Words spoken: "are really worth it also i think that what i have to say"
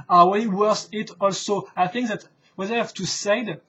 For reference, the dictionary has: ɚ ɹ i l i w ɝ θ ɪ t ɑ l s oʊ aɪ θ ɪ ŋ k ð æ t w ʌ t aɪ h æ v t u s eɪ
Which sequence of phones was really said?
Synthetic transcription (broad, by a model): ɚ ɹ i w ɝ s ɪ t ɑ l s oʊ aɪ θ ɪ ŋ k ð æ t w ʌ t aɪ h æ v t u s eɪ